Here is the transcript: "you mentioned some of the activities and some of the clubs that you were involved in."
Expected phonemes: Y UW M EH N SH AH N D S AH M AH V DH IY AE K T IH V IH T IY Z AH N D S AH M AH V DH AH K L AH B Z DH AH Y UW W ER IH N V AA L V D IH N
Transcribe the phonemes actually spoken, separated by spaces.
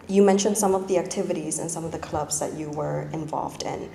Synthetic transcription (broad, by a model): Y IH M EH N SH AH N D S AH M AH V DH IY AE K T IH V IH T IY Z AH N S AH M AH V DH AH K L AH B Z DH AH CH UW W ER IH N V AA L V D IH N